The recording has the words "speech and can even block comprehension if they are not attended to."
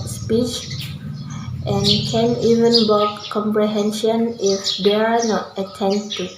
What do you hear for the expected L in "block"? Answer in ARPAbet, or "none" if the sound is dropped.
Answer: none